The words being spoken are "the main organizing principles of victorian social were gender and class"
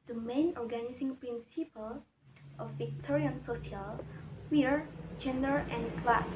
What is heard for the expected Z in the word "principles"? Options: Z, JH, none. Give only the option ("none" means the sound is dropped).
none